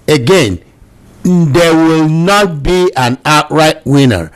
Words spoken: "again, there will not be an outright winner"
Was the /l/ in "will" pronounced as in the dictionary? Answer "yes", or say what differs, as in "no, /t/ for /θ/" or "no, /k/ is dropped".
yes